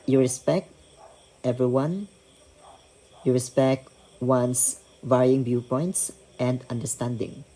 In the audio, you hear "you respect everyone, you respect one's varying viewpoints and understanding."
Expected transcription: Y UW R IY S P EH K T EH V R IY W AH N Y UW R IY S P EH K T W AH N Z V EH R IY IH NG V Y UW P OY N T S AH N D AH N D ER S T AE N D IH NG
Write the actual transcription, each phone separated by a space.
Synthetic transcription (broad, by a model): Y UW R IY S P EH K T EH V R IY W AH N Y UW R IY S P EH K T W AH N S V EH R IY IH NG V Y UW P OY N T S AH N D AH N D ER S T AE N D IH NG